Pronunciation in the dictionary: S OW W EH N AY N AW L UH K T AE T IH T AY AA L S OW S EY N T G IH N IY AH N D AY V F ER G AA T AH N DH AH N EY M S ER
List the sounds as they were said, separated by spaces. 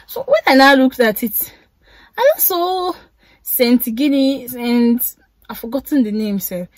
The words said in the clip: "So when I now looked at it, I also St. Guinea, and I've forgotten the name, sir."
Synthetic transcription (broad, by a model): S OW W EH N AY N AW L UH K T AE T IH T AY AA S OW S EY N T G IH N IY AH N D AY F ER G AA T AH N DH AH N EY M S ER